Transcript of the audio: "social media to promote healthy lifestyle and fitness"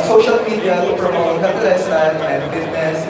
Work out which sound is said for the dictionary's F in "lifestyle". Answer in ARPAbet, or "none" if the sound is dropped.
none